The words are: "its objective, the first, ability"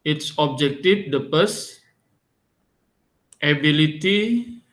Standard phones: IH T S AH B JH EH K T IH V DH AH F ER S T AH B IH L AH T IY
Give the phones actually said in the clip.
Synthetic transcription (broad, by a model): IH T S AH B JH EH K T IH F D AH P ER S T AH B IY L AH T IY